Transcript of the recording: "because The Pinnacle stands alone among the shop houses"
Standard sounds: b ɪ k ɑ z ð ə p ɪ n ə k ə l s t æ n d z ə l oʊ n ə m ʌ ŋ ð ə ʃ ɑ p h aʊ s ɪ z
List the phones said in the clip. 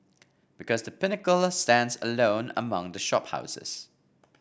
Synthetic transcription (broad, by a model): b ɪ k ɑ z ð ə p ɪ n ə k ə l s t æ n d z ə l oʊ n ə m ʌ ŋ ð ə ʃ ɑ p h aʊ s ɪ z